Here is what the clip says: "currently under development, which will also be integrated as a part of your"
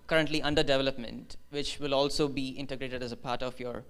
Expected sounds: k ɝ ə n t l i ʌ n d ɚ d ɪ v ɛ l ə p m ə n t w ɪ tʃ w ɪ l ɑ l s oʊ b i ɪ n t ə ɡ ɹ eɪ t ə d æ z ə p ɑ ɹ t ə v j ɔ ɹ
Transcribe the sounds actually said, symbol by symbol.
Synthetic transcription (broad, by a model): k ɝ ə n t l i ʌ n d ɚ d ɪ v ɛ l ə p m ə n t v ɪ tʃ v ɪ l ɑ l s oʊ b i ɪ n t ə ɡ ɹ eɪ t ə d æ z ə p ɑ ɹ t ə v j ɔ ɹ